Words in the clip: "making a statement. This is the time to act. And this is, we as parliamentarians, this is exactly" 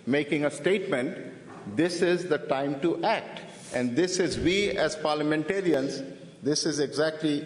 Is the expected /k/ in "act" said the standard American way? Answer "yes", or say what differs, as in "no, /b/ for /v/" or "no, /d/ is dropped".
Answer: yes